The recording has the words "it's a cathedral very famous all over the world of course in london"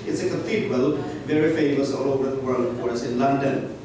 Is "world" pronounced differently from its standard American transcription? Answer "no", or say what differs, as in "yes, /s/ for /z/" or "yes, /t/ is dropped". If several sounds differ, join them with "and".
yes, /d/ is dropped